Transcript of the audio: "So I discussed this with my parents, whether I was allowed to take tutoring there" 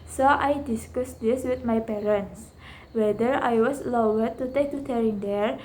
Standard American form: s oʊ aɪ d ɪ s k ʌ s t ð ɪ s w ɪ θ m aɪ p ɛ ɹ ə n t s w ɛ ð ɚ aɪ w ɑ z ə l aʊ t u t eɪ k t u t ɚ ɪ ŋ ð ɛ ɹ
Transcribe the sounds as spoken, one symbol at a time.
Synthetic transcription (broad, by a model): s oʊ aɪ d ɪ s k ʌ s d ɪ s w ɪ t m aɪ p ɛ ɹ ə n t s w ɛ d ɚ aɪ w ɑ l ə w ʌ t u t eɪ k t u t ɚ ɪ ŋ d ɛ ɹ